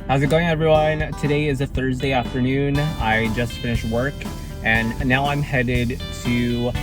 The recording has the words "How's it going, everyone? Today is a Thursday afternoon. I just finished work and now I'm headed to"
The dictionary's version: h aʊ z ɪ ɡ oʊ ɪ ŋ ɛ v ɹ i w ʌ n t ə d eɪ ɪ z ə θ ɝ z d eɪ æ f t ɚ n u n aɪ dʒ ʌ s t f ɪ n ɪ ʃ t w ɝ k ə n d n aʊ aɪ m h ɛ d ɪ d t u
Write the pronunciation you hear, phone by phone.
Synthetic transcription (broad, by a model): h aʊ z ɪ ɡ oʊ ɪ ŋ ɛ v ɹ i w ʌ n t ə d eɪ ɪ z ə θ ɝ z d eɪ æ f t ɚ n u n aɪ dʒ ʌ s t f ɪ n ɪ ʃ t w ɝ k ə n n aʊ aɪ m h ɛ d ɪ d t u